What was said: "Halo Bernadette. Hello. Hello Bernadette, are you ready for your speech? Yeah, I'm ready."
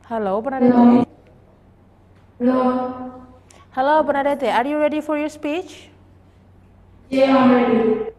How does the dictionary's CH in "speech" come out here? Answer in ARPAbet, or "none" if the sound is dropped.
CH